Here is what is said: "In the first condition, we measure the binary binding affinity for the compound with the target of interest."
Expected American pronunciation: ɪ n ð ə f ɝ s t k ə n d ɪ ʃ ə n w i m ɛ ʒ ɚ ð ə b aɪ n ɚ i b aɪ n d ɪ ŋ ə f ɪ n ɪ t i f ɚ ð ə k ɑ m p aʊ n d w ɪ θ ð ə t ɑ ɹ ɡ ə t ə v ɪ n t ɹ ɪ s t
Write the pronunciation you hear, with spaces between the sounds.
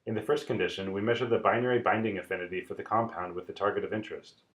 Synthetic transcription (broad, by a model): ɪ n ð ə f ɝ s t k ə n d ɪ ʃ ə n w i m ɛ ʒ ɚ ð ə b aɪ n ɚ i b aɪ n d ɪ ŋ ə f ɪ n ɪ t i f ɚ ð ə k ɑ m p aʊ n d w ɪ ð ə t ɑ ɹ ɡ ə t ə v ɪ n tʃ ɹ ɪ s t